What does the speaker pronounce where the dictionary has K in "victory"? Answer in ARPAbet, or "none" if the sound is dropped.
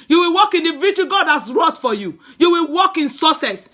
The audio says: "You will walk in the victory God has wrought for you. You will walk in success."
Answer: none